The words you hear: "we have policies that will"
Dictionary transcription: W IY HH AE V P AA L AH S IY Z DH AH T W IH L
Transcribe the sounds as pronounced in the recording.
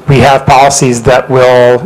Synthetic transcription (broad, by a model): W IY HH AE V P AA L AH S IY Z DH AH T W IH L